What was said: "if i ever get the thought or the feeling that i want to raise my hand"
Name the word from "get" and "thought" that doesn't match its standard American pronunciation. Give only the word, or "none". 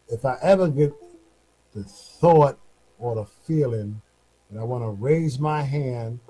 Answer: none